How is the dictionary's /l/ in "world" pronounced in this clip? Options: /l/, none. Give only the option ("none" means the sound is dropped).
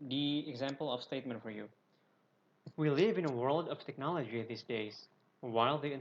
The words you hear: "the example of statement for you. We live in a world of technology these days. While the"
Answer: /l/